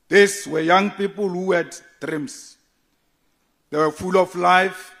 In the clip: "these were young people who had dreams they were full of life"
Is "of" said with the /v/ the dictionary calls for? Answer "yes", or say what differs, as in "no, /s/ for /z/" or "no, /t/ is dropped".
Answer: no, /f/ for /v/